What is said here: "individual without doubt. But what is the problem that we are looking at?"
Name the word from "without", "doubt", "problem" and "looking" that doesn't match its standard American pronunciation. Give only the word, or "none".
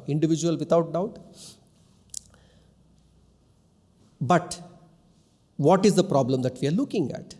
without